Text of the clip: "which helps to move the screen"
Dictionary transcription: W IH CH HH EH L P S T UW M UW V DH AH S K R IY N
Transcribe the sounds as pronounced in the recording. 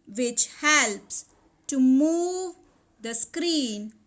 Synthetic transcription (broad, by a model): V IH CH HH EH L P S T UW M UW V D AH S K R IY N